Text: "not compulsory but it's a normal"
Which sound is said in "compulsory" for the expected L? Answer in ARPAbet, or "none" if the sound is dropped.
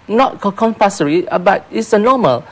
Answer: none